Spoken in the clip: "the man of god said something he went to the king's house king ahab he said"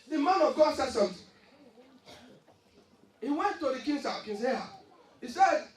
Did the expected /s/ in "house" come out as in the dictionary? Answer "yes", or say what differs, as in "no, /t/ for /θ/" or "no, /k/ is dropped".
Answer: no, /s/ is dropped